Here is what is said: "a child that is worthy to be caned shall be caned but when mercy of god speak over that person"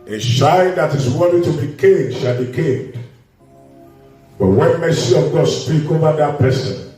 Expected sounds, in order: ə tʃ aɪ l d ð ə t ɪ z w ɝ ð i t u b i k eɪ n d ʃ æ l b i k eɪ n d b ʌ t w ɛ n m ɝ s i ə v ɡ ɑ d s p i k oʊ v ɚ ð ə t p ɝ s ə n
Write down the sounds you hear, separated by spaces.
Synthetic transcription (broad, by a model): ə ʃ aɪ n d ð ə t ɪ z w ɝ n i t u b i k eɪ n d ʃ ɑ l b i k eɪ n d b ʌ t w ɛ n m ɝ s i ə v ɡ ɑ d s p i k oʊ v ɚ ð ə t p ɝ s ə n